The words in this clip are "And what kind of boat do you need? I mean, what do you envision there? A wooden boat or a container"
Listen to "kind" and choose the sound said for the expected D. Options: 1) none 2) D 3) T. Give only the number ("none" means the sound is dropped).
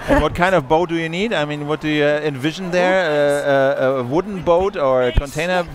2